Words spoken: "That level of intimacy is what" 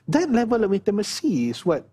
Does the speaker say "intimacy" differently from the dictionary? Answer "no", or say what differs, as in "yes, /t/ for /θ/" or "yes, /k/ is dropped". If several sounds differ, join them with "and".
yes, /n/ is dropped